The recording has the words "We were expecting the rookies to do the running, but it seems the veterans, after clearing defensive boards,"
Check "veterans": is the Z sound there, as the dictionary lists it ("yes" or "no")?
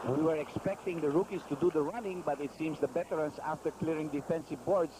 no